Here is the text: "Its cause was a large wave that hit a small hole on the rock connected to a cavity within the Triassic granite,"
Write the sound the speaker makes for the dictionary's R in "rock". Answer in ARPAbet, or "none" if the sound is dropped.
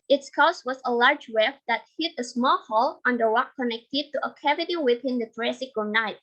W